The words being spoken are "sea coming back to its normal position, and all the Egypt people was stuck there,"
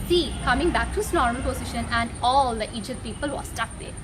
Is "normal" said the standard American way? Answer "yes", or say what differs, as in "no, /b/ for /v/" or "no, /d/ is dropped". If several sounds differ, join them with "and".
no, /n/ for /l/